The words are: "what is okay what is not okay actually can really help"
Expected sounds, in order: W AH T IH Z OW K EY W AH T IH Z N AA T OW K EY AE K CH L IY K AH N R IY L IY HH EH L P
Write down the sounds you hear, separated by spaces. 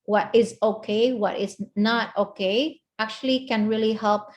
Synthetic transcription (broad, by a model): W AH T IH Z OW K EY W AH T IH Z N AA T OW K EY AE K CH L IY K AH N R IY L IY HH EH L P